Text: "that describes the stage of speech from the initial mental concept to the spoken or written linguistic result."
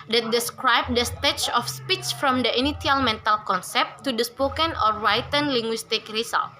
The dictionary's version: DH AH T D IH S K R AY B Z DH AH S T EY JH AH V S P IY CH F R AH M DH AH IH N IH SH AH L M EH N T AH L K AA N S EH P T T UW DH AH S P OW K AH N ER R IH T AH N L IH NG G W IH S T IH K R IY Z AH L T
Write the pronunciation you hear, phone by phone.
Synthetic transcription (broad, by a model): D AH T D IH S K R AY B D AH S T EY CH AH F S P IY CH F R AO M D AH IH N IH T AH L M EH N T AH L K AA N S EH P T T UW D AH S P OW K AH N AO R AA T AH N L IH NG G W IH S T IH K R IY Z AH L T